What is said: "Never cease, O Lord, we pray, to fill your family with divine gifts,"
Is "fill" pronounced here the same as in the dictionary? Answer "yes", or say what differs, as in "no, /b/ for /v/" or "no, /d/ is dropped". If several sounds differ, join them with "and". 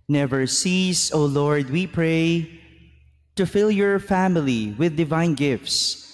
yes